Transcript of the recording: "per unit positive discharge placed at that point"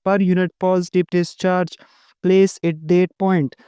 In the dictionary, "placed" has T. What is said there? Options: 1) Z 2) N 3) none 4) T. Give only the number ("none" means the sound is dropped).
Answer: 3